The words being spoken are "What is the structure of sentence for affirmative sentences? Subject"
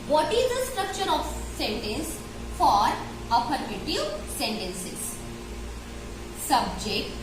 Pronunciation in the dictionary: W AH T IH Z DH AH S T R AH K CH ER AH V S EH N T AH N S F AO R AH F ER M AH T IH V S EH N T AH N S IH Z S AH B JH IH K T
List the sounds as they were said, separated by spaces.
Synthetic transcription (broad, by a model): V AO T IH Z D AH S T R AH K CH ER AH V S EH N T AH N S F AO R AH P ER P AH T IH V S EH N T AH N S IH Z S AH B JH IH K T